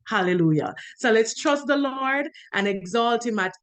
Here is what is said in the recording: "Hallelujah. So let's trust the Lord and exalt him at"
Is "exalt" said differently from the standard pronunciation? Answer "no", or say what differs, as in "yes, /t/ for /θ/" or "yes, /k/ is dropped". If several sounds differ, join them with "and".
no